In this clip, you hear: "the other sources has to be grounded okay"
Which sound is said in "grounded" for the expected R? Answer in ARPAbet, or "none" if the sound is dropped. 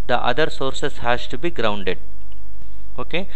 R